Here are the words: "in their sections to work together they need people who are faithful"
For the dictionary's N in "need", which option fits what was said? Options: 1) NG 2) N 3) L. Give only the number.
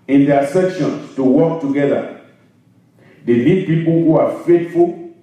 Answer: 3